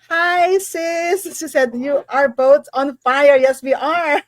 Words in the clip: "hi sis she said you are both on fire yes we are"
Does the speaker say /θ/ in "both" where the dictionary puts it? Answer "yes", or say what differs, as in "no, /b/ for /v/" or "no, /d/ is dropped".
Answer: no, /t/ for /θ/